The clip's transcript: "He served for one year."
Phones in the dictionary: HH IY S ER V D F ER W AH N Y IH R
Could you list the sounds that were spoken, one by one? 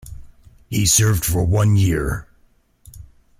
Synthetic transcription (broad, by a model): HH IY S ER V D F ER W AH N Y IH R